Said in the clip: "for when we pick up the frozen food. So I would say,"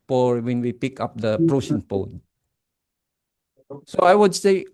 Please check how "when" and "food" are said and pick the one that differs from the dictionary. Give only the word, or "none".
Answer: food